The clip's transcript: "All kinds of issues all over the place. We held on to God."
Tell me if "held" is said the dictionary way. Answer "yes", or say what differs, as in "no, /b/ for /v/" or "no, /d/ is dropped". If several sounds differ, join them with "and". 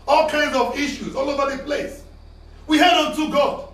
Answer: no, /l/ is dropped